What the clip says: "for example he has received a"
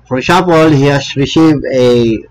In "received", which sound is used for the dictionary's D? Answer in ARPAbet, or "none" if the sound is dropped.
none